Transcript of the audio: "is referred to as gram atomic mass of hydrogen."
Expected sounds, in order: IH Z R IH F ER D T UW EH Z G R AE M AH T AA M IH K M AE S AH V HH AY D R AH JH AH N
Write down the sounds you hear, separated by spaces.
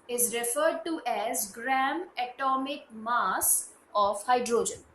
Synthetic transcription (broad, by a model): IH Z R IH F ER D T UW EH Z G R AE M AH T AA M IH K M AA S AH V HH AY D R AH JH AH N